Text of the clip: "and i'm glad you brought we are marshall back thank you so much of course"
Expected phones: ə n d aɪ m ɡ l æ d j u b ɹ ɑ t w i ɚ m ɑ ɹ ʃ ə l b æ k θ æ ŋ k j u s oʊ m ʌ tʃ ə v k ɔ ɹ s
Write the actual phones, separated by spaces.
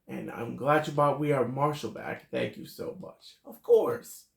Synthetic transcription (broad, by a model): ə n aɪ m ɡ l æ d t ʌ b ɑ t w i ɚ m ɑ ɹ ʃ l b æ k θ æ ŋ k j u s oʊ m ʌ tʃ ə v k ɔ ɹ s